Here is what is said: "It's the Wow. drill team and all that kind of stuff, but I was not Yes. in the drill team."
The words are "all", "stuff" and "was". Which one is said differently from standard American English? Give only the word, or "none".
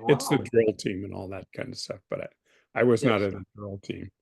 none